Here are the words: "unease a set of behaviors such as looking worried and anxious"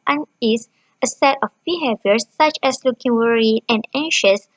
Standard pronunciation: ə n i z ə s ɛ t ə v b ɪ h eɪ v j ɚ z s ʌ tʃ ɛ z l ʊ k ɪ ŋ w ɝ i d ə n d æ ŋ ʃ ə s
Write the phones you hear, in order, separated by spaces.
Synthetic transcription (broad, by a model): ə n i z ə s ɛ t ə f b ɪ h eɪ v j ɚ s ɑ tʃ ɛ s l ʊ k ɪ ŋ w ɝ i ə n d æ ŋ ʃ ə s